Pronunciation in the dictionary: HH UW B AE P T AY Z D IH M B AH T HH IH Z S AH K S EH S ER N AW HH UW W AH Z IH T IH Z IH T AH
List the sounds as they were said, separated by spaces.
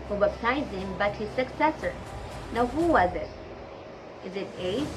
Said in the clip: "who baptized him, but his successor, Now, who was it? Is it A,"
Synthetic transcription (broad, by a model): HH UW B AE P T AY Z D IH M B AH T HH IH Z S AH K S EH S ER N AW HH UW W AH Z IH T IH Z IH T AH